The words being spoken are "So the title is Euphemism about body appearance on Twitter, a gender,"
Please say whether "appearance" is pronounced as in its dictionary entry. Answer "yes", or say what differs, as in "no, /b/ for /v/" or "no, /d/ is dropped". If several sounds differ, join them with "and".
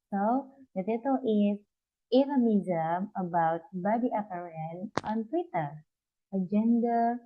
no, /s/ is dropped